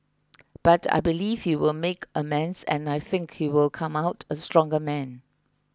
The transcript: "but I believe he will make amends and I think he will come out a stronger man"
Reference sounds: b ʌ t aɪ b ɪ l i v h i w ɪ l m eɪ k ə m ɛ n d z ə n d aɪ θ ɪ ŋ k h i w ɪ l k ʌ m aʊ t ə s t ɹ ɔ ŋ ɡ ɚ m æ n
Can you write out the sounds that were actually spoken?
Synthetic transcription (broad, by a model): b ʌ t aɪ b ɪ l i v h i w ɪ l m eɪ k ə m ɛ n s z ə n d aɪ θ ɪ ŋ k h i w ɪ l k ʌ m aʊ t ə s t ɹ ɔ ŋ ɡ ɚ m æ n